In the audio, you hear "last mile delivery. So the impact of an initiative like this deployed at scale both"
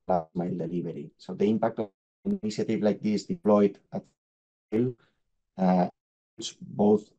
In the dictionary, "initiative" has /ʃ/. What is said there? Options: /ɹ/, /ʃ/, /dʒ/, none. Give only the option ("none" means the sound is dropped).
none